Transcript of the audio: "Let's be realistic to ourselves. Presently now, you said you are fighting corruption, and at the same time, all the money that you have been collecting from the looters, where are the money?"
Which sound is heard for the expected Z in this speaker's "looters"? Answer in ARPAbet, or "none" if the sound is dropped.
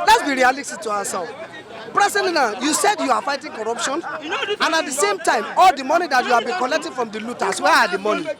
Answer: S